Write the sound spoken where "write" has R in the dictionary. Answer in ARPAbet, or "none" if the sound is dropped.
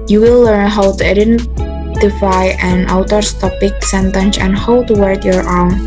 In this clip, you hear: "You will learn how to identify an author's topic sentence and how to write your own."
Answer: W